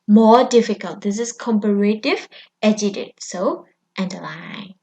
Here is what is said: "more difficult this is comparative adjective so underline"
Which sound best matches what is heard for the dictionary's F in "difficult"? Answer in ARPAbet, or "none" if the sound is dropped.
F